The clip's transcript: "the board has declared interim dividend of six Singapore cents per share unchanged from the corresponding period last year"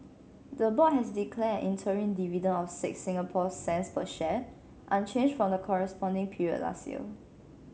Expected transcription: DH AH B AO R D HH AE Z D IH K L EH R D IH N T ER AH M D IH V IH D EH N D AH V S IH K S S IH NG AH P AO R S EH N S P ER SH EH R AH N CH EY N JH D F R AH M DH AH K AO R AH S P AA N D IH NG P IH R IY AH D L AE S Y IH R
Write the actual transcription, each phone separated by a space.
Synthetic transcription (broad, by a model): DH AH B AO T HH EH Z D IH K L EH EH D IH N T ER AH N D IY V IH D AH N AH F S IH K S S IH NG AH P AO S EH N S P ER SH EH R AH N CH EY N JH F R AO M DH AH K AO R AH S P AA N D IH NG P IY R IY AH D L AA S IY L